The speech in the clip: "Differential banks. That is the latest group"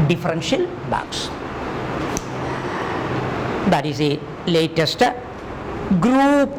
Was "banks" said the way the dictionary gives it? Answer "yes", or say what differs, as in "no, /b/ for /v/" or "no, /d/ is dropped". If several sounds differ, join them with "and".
no, /ŋ/ is dropped